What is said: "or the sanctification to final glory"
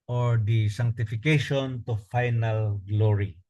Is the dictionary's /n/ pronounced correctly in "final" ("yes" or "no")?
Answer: yes